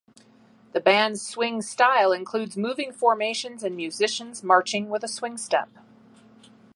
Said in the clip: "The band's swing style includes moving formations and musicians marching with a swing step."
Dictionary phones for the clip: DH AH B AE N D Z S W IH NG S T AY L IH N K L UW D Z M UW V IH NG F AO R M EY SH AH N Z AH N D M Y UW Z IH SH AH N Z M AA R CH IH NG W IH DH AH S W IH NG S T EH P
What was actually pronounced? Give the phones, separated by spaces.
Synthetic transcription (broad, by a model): DH AH B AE N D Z S W IH NG S T AY L IH N K L UW D Z M UW V IH NG F AO R M EY SH AH N Z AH N M Y UW Z IH SH AH N Z M AA R CH IH NG W IH DH AH S W IH NG S T EH P